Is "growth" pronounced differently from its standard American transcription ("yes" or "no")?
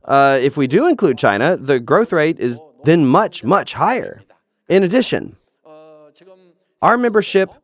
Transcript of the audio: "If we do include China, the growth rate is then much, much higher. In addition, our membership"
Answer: no